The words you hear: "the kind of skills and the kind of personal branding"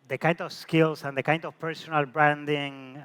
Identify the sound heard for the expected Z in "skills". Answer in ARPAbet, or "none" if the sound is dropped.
S